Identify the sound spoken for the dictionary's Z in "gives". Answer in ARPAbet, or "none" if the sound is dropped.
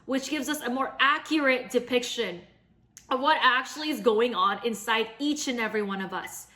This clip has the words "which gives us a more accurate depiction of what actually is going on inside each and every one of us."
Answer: Z